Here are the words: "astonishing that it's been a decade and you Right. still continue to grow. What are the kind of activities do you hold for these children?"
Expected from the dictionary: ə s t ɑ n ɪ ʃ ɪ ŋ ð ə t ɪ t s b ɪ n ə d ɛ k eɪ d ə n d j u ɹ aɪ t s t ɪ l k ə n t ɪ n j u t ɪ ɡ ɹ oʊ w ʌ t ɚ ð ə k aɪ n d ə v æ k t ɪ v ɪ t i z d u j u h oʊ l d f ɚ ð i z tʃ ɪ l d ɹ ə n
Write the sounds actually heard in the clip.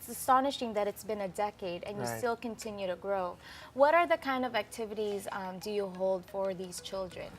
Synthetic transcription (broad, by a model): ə s t ɑ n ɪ ʃ ɪ ŋ ð ə t ɪ t s b ɪ n ə d ɛ k eɪ d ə n j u s t ɪ l k ə n t ɪ n j u t ɪ ɡ ɹ oʊ w ʌ t ɚ ð ə k aɪ n d ə v æ k t ɪ v ɪ t i z d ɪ j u h oʊ l d f ɚ ð i z tʃ ɪ l d ɹ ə n